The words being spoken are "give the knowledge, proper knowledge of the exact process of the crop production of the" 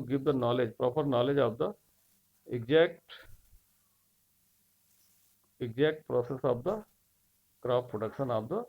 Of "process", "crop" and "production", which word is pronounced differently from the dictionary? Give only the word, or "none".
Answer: crop